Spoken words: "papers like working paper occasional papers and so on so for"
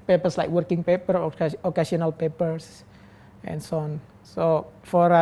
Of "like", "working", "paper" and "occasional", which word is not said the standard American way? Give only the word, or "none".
occasional